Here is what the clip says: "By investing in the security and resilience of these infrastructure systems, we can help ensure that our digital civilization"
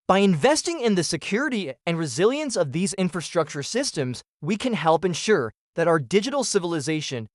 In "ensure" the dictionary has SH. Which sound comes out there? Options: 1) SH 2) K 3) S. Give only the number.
1